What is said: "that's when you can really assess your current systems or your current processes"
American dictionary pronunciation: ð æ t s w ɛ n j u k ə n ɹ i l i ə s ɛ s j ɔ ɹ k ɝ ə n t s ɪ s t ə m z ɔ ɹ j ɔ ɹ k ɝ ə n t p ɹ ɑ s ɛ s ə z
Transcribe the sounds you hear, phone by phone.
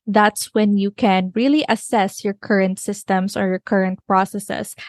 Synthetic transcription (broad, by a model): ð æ t s w ɛ n j u k ə n ɹ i l i ə s ɛ s j ɔ ɹ k ɝ ə n t s ɪ s t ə m s ɔ ɹ j ɔ ɹ k ɝ ə n t p ɹ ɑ s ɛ s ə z